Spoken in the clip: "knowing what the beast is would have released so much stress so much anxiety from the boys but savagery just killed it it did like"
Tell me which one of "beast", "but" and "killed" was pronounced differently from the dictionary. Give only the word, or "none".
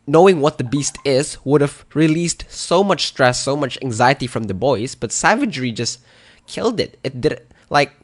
none